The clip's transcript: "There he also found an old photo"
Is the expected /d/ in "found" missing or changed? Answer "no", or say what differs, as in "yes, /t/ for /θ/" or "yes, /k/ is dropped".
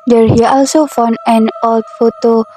yes, /d/ is dropped